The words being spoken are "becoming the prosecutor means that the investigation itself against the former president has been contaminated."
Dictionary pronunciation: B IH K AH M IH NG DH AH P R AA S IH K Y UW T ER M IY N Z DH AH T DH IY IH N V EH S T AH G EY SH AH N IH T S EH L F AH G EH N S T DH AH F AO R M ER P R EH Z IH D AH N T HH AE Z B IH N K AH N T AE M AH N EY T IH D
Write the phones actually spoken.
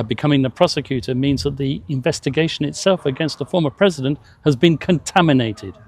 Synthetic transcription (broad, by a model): B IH K AH M IH NG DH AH P R AA S IH K Y UW T ER M IY N Z DH AH T DH IY IH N V EH S T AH G EY SH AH N IH T S EH L F AH G EH N S T DH AH F AO R M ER P R EH Z IH D AH N T HH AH Z B IH N K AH N T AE M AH N EY T IH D